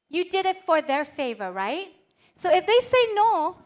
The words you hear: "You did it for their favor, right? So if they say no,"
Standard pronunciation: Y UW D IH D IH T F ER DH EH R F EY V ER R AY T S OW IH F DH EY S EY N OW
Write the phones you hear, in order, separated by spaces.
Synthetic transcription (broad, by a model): Y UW D IH D IH T F ER DH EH R F EY V ER R AY T S OW IH F DH EY S EY N OW